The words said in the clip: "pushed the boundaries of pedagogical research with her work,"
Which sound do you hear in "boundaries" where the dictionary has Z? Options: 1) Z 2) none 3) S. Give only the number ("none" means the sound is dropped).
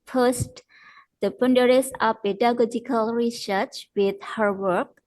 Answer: 3